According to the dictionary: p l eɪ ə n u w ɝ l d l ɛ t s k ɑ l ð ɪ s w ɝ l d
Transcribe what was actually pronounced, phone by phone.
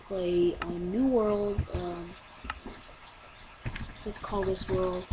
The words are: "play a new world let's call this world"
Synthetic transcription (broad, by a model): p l eɪ ə n u w ɝ l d w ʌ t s k ɑ l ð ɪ s w ɝ l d